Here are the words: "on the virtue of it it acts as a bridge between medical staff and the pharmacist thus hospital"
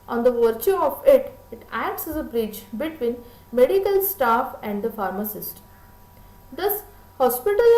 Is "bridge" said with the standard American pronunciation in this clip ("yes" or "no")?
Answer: no